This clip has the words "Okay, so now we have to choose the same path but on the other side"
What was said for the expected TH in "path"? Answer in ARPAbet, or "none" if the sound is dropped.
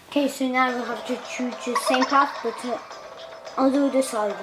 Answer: F